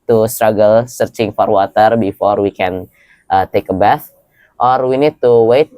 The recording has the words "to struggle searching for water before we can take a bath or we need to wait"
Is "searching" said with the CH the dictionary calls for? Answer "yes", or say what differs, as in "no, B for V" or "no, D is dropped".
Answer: yes